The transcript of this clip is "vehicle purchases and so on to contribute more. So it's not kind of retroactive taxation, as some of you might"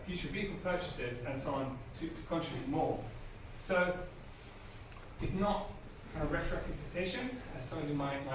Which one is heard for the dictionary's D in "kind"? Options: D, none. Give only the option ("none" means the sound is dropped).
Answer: none